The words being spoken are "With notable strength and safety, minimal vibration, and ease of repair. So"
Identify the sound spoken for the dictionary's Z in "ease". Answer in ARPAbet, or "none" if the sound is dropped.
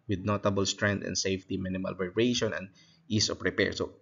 S